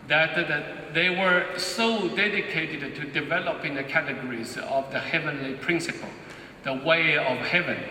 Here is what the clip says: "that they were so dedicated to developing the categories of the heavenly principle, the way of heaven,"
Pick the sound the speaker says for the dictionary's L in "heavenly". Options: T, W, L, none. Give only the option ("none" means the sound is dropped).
L